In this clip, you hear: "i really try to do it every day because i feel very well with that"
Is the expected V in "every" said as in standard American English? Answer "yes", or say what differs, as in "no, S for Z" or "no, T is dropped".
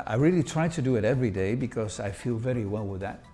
yes